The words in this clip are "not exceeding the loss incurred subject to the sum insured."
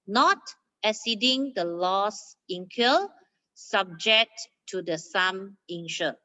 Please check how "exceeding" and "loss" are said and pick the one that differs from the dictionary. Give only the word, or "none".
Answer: exceeding